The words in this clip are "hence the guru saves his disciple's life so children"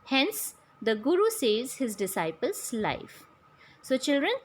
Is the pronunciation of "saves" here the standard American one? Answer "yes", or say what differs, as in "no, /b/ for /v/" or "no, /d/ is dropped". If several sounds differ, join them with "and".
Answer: no, /v/ is dropped